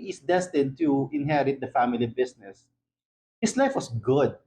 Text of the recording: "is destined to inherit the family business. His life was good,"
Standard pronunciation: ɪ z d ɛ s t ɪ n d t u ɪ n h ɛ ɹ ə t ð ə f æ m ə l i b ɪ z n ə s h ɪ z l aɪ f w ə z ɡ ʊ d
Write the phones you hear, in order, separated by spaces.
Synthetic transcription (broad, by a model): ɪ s d ɛ s t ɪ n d t u ɪ n h ɛ ɹ ə t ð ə f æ m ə l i b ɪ s n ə s h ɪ s l aɪ f w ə s ɡ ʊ d